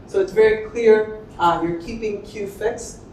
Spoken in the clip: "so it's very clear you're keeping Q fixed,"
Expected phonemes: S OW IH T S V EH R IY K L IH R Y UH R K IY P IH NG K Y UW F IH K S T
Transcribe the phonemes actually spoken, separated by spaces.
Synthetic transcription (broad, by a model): S OW IH T S V EH R IY K L IH R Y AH R K IY P IH NG K Y UW F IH K S